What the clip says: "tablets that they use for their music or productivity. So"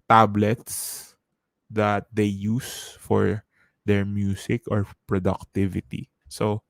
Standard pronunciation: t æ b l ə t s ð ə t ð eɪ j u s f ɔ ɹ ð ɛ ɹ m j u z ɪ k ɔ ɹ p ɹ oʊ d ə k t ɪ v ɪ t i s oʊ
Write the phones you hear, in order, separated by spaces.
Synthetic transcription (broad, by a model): t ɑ b l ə t s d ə t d eɪ j u s f ɔ ɹ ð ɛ ɹ m j u s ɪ k ɔ ɹ p ɹ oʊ d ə k t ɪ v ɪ t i s oʊ